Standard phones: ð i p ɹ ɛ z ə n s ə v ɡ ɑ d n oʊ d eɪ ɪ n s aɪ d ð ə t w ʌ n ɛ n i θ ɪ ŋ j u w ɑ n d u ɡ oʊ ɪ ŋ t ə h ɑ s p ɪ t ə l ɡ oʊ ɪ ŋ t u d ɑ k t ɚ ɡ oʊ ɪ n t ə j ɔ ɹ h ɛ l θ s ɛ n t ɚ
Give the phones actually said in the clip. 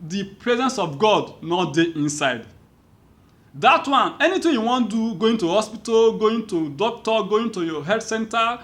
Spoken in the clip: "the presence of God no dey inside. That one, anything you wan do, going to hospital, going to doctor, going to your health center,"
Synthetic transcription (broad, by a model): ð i p ɹ ɛ z ə n s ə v ɡ ɑ d n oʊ d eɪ ɪ n s aɪ d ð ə t w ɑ n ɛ n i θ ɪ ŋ j u w ɑ n d u ɡ oʊ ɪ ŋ t ə h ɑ s p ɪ t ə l ɡ oʊ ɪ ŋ t u d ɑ k t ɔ ɡ oʊ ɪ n t ə j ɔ h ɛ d s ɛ n t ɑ